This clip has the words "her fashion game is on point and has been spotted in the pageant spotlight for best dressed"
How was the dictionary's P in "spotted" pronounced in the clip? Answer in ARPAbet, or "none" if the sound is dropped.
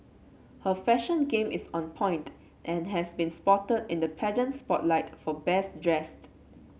P